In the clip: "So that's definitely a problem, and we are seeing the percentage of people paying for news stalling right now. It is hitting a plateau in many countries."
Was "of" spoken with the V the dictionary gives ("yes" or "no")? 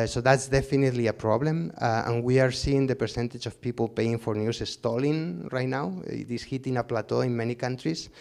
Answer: no